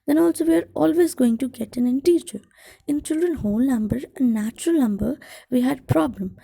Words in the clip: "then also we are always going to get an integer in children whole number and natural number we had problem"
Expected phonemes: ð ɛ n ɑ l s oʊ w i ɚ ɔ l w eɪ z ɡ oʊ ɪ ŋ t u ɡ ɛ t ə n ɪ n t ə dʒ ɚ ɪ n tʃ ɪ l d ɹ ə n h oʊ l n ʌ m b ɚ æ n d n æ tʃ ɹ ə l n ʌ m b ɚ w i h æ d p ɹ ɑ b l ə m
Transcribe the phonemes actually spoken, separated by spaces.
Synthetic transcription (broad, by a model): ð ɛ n ɑ l s oʊ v i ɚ ɔ l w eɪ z ɡ oʊ ɪ ŋ t u ɡ ɛ t ə n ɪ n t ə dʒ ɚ ɪ n tʃ ɪ l d ɹ ə n h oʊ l n ʌ m b ɚ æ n n æ tʃ ɹ ə l n ʌ m b ɚ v i h æ d p ɹ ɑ b l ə m